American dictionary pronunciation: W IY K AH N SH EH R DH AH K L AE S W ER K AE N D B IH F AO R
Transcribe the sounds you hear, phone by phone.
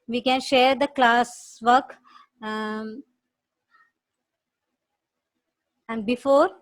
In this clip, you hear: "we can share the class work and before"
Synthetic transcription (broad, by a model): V IY K AH N SH EH R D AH K L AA S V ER K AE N D B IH F AO R